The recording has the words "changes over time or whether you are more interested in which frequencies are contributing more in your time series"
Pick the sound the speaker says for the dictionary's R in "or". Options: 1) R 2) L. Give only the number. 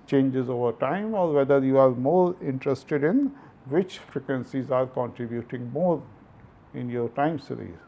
1